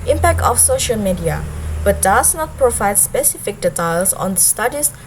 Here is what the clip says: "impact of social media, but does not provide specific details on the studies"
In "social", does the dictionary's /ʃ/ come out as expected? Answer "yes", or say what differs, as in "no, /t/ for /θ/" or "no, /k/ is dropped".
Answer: yes